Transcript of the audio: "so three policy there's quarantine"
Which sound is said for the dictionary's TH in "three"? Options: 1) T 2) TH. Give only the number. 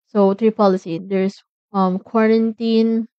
1